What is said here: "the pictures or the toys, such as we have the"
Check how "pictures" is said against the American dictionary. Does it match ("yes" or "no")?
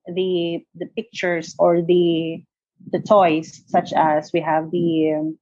no